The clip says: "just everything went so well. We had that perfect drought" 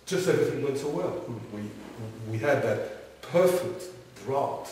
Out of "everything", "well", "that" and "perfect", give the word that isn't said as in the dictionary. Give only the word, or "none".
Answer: well